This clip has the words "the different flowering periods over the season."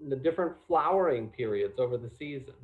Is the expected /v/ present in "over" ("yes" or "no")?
yes